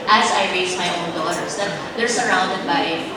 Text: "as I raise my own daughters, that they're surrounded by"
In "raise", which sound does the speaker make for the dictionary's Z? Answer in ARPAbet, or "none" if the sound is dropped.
S